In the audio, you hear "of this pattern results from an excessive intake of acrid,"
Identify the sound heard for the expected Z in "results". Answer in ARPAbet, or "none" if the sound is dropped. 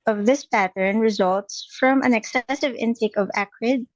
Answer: Z